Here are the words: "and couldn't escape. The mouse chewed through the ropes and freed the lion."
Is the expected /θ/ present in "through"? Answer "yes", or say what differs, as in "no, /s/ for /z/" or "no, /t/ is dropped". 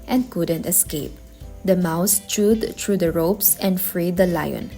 no, /t/ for /θ/